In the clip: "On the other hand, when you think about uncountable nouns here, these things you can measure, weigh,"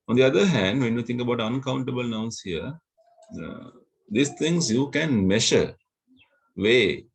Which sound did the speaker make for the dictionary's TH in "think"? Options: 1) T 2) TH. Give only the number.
1